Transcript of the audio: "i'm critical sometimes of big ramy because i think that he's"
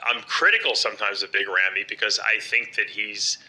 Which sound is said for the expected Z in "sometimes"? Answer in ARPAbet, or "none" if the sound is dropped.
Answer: Z